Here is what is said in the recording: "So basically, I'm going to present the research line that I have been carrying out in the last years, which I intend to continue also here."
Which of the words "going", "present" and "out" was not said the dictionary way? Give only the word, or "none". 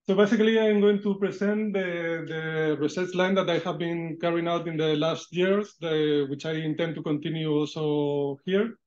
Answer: present